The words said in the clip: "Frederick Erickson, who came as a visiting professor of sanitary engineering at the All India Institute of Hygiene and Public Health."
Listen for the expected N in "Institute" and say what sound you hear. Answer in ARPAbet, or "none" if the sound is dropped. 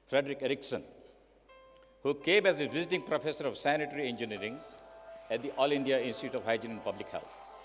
N